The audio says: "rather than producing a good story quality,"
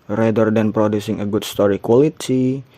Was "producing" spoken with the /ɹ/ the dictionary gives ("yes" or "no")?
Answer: yes